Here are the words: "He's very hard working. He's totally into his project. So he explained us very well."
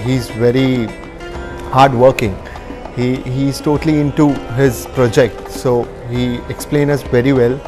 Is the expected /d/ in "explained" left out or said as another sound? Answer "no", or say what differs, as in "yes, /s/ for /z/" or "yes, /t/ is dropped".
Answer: yes, /d/ is dropped